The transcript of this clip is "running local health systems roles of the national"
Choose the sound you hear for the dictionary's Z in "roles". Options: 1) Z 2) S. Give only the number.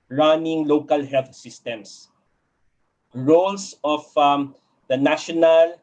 2